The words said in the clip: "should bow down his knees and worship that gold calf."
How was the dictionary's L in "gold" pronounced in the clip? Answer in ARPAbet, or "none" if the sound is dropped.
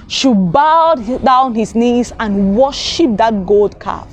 L